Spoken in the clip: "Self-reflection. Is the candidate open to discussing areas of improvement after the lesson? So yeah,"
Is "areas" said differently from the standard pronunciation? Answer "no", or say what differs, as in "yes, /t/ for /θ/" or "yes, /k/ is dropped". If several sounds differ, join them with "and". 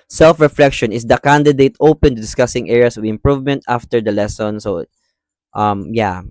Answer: yes, /s/ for /z/